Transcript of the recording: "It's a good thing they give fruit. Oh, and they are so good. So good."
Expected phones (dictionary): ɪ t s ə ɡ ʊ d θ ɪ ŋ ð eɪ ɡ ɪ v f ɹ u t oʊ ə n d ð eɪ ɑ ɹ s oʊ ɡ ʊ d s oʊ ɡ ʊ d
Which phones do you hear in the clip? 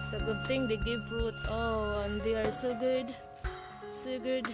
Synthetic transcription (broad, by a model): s ə ɡ ʊ d t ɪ ŋ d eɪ ɡ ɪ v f u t oʊ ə n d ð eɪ ɑ ɹ s oʊ ɡ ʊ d s oʊ ɡ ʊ d